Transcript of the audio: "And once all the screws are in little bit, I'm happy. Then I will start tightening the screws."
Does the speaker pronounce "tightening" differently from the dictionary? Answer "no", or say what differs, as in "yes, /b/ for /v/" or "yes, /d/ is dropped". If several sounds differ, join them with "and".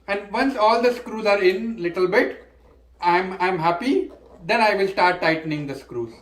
no